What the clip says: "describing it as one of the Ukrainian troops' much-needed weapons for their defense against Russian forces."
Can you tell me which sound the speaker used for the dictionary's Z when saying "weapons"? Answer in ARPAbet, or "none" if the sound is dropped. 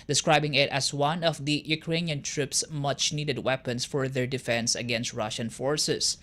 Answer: S